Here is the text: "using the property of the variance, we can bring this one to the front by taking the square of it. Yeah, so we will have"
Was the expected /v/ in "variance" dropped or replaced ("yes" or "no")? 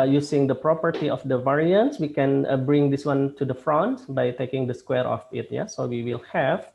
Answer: no